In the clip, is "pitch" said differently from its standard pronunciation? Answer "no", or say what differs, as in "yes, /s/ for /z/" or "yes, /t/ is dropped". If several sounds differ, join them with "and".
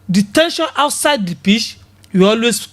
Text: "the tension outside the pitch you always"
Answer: yes, /ʃ/ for /tʃ/